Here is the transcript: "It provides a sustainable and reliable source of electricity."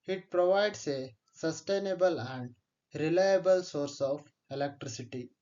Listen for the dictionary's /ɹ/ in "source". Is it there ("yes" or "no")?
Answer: yes